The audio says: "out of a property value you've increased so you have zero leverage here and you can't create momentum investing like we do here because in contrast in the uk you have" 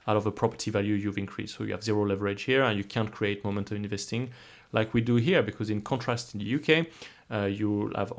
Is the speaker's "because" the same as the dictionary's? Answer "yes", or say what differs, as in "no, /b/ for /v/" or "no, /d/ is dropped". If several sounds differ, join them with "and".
yes